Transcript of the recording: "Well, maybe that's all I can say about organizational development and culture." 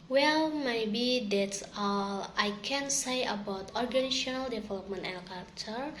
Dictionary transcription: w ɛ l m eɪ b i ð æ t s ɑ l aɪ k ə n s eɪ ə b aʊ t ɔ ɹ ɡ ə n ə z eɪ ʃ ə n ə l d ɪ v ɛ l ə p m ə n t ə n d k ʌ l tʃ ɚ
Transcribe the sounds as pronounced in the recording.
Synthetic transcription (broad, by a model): w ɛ l m eɪ b i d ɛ t s ɑ l aɪ k ə n s eɪ ə b aʊ t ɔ ɹ ɡ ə n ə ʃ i ə n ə l d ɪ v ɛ l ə p m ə n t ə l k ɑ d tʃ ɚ